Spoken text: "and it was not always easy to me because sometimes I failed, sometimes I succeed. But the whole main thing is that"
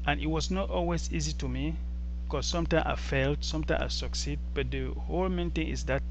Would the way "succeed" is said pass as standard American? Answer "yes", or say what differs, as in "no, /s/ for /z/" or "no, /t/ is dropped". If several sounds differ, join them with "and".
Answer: yes